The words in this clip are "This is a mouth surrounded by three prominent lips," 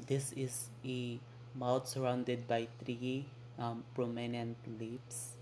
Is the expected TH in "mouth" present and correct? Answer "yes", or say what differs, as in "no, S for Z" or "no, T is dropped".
no, T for TH